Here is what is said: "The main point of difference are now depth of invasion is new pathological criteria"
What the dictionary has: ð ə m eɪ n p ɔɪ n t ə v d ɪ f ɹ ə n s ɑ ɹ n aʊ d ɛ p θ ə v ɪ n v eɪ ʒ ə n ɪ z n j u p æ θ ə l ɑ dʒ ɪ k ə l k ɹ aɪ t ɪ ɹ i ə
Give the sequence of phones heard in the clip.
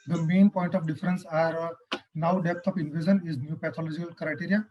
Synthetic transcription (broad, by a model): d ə m eɪ n p ɔɪ n t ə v d ɪ f ɹ ə n s ɑ ɹ n aʊ d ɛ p t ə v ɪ n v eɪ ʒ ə n ɪ z n j u p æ t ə l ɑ dʒ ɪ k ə l k ɹ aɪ t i ɹ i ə